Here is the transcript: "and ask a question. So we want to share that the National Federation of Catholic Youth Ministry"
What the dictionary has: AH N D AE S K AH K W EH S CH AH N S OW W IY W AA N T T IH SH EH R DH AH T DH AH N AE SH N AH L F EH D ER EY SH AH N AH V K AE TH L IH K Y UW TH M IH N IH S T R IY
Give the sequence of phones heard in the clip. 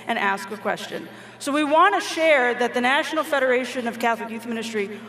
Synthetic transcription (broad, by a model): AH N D AE S K AH K W EH S CH AH N S OW W IY W AA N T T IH SH EH R DH AH T DH AH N AE SH N L F EH D ER EY SH AH N AH V K AE TH L IH K Y UW TH M IH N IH S T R IY